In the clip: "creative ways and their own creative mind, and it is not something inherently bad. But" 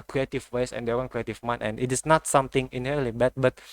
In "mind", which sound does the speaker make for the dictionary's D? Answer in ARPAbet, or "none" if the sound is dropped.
none